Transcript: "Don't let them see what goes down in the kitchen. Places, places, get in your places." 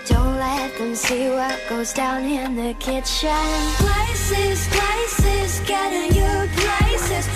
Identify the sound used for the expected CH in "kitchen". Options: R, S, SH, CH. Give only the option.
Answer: SH